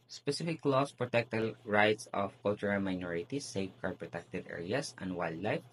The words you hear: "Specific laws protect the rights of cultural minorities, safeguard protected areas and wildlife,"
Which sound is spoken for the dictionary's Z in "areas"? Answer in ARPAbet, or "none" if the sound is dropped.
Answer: S